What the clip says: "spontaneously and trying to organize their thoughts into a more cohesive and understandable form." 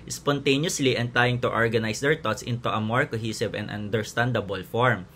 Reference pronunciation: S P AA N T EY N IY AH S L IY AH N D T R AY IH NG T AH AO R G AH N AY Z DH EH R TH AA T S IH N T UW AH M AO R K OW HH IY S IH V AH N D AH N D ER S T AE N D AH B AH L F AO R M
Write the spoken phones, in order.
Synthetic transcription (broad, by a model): S P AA N T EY N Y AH S L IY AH N T R AY IH NG T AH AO R G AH N AY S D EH R T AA T S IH N T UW AH M AO R K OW HH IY S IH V AH N D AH N D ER S T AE N D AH B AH L F AO R M